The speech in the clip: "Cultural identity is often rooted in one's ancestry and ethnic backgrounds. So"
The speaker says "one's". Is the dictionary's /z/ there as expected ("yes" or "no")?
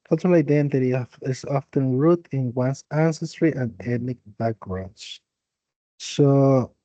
no